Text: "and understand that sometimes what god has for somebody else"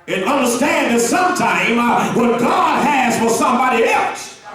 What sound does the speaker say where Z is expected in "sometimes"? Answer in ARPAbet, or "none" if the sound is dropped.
none